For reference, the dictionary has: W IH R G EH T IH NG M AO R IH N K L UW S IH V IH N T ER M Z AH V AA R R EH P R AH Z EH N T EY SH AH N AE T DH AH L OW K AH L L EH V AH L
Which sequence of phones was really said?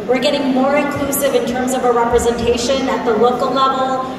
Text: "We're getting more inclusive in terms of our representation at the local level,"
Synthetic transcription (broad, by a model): W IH R G EH T IH NG M AO R IH N K L UW S IH V IH N T ER M Z AH V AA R R EH P R AH Z EH N T EY SH AH N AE T DH AH L OW K AH L L EH V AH L